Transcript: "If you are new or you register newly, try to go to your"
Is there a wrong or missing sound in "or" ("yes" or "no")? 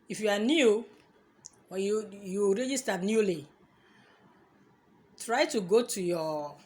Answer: yes